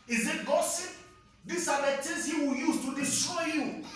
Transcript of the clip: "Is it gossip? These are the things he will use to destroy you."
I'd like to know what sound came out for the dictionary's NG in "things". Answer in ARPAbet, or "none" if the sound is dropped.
none